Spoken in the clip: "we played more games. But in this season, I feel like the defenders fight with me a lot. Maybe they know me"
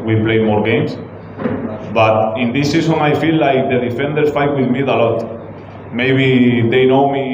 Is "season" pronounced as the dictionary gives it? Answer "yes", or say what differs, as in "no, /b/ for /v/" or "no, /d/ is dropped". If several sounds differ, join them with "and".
no, /s/ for /z/